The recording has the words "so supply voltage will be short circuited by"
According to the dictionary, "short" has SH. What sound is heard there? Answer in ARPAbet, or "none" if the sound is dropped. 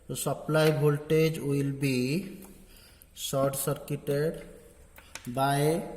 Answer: S